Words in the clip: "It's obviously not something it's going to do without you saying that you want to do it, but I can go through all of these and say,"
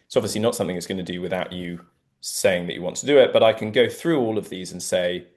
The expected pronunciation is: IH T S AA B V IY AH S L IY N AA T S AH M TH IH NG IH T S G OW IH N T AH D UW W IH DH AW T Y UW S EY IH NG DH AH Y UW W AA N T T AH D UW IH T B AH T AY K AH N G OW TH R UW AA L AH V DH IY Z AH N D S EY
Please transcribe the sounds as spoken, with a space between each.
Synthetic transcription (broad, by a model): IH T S AA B V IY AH S L IY N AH T S AH M TH IH NG IH T S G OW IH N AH D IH W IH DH AW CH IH S EY IH NG DH AH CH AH W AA N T T AH D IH IH T B AH T AY K AH N G OW TH R UW AA L AH V DH IY Z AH N S EY